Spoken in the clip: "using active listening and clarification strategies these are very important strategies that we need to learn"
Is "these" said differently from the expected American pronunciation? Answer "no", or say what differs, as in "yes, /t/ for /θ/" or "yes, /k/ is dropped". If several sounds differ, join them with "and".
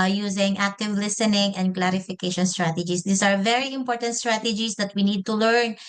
yes, /s/ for /z/